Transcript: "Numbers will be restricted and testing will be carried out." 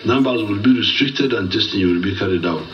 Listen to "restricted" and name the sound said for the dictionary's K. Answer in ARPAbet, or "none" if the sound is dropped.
K